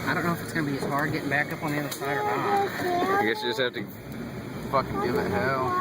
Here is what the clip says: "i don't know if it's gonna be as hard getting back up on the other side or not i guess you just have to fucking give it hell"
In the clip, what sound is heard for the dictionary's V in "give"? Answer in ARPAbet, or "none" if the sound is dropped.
none